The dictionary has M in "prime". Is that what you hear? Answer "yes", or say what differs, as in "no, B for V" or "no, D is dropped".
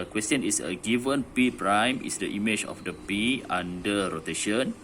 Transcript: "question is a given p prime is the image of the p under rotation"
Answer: yes